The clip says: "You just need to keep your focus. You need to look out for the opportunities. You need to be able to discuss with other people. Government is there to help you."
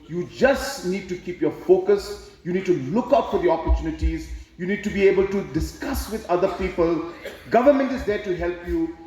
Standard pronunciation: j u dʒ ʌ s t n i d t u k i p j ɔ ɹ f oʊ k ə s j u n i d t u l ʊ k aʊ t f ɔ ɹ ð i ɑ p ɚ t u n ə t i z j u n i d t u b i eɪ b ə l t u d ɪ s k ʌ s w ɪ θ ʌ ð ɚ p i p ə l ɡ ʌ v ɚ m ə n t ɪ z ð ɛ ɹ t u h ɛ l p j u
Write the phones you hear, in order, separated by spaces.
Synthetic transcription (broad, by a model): j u dʒ ʌ s t n i d t u k i p j ɔ ɹ f oʊ k ə s j u n i d t u l ʊ k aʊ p f ɔ ɹ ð i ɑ p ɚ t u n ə t i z j u n i d t u b i eɪ b ə l t u d ɪ s k ʌ s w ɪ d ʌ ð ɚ p i p ə l ɡ ʌ v ɚ m ə n t ɪ z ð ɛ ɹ t u h ɛ l p j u